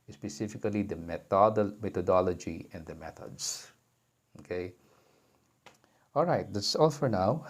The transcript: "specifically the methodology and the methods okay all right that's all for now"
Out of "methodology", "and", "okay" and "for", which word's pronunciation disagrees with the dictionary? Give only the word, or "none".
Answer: methodology